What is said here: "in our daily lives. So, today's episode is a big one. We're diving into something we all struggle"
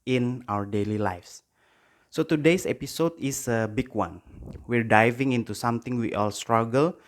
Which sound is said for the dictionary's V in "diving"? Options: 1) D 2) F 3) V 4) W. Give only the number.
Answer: 3